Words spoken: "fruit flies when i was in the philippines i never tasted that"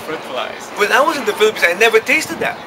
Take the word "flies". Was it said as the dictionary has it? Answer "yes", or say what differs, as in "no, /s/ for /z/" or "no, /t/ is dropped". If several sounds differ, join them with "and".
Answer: no, /p/ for /f/